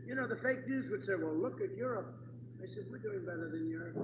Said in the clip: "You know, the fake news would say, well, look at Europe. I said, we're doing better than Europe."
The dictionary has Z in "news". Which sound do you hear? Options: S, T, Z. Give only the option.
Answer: Z